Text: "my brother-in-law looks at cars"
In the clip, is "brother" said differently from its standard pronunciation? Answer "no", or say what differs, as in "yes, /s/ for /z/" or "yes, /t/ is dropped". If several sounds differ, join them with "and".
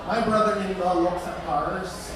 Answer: no